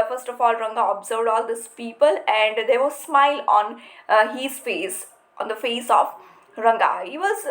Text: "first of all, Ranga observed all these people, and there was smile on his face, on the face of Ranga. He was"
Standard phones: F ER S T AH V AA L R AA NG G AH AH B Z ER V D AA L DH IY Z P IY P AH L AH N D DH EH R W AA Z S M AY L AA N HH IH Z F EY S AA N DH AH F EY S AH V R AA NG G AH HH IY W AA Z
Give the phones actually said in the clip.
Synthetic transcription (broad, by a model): F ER S T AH F AA L R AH NG G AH AH B Z ER V D AA L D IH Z P IY P AH L AH N D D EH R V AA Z S M AY L AA N HH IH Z F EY S AA N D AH F EY S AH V R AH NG G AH HH IY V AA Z